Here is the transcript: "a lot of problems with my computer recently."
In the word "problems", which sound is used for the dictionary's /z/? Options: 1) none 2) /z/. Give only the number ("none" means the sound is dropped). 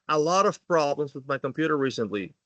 2